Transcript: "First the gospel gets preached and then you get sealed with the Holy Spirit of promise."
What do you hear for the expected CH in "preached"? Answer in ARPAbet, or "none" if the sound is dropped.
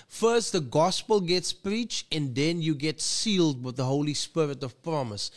CH